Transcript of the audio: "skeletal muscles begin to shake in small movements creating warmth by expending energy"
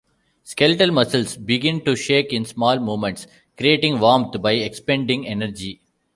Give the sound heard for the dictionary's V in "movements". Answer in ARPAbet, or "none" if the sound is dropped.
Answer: none